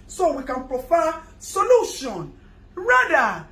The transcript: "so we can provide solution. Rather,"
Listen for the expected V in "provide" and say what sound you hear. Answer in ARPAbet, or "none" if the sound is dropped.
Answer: F